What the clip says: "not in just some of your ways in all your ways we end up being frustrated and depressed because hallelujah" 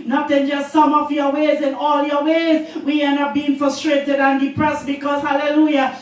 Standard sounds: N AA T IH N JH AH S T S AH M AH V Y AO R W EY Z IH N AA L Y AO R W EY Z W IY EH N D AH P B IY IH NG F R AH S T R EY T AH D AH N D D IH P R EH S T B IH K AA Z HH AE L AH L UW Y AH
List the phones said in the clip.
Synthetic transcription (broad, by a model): N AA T IH N JH AH S T S AH M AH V Y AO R W EY Z IH N AA L Y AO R W EY Z W IY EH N AH B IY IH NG F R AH S T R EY T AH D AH N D D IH P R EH S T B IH K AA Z HH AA L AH L UW Y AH